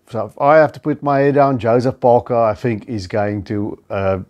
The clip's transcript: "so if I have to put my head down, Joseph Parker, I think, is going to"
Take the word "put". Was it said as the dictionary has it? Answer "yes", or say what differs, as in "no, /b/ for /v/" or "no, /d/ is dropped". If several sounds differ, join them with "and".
yes